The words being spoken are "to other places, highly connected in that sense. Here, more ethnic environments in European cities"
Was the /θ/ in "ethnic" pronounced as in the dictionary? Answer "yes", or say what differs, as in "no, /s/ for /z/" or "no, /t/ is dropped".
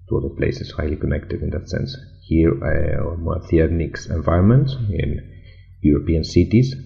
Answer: no, /t/ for /θ/